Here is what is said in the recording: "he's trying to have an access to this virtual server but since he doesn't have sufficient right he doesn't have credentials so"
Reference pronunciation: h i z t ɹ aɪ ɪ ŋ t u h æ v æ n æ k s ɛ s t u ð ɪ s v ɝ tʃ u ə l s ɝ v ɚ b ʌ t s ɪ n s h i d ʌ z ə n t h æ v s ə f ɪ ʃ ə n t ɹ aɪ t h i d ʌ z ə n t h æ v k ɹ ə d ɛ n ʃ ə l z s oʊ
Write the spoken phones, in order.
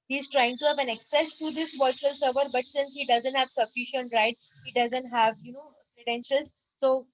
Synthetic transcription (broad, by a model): h i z t ɹ aɪ ɪ ŋ t u h æ v æ n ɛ k s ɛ s t u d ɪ s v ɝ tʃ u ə l s ɝ v ɚ b ʌ t s ɪ n s h i d ʌ z ə n t h æ v s ə f ɪ ʃ ə n t ɹ aɪ t h i d ʌ z ə n t h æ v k ɹ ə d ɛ n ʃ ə l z s oʊ